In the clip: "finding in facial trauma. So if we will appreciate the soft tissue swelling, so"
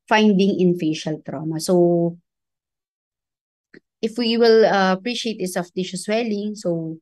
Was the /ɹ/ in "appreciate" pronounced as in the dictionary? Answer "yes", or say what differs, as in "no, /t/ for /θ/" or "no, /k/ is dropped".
yes